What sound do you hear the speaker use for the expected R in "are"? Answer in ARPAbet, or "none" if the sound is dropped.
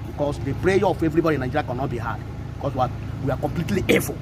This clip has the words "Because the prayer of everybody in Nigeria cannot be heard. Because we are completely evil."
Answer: W